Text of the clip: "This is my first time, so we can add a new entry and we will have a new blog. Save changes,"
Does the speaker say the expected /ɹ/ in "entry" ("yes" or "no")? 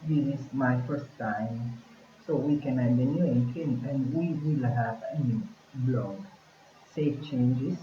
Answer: no